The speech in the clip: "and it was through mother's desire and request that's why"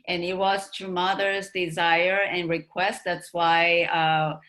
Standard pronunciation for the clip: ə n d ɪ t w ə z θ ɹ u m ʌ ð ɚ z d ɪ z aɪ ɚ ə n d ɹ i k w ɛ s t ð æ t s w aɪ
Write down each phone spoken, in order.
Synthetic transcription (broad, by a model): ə n ɪ t w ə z t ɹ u m ʌ ð ɚ z d ɪ z aɪ ɚ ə n ɹ i k w ɛ s t ð æ t s w aɪ